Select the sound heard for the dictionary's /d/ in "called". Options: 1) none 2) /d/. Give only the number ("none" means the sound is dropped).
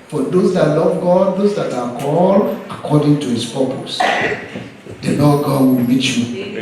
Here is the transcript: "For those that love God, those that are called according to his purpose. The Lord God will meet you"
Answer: 1